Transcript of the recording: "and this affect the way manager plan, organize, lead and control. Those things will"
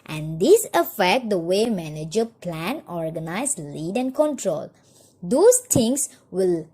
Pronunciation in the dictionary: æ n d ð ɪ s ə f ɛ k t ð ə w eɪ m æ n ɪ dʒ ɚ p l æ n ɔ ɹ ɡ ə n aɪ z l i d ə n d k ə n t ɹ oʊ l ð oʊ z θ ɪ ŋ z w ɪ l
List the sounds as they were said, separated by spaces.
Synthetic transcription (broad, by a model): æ n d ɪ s ə f ɛ k t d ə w eɪ m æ n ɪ dʒ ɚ p l æ n ɔ ɹ ɡ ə n aɪ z l i d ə n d k ə n t ɹ oʊ l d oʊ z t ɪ ŋ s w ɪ l